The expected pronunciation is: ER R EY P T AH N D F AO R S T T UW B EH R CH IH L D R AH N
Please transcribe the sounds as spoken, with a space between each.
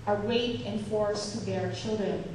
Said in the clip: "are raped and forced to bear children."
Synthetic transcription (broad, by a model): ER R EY T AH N F AO R S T T UW B EH R CH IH L D R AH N